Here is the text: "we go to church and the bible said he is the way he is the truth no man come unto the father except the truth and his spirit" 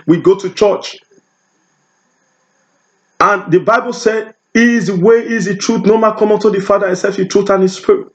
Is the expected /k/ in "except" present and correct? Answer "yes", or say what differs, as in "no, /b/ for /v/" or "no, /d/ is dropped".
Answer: no, /k/ is dropped